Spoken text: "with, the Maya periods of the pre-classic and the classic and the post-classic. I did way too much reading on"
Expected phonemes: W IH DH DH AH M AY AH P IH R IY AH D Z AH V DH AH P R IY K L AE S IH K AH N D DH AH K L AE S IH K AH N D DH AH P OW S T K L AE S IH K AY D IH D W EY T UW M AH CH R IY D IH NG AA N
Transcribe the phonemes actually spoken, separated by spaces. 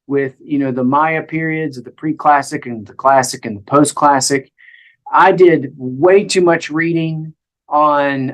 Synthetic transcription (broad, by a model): W IH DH DH AH M AY AH P IH R IY AH D Z AH V DH AH P R IY K L AE S IH K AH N DH AH K L AE S IH K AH N DH AH P OW S K L AE S IH K AY D IH D W EY T UW M AH CH R IY D IH NG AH N